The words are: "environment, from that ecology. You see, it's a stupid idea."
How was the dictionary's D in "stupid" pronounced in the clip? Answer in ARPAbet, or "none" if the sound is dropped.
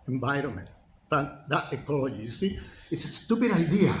D